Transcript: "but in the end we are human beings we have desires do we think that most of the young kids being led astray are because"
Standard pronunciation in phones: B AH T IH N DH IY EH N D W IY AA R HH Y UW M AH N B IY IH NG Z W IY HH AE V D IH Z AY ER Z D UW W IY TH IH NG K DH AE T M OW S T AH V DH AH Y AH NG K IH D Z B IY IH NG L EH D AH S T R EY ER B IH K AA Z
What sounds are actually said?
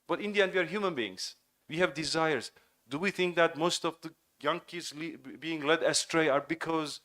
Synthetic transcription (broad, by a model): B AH T IH N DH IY EH N D W IY AA R HH Y UW M AH N B IY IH NG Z W IY HH AE V D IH Z AY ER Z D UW W IY TH IH NG K DH AE T M OW S T AH V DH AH Y AH NG K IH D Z B IY IH NG L EH D AH S T R EY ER B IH K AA Z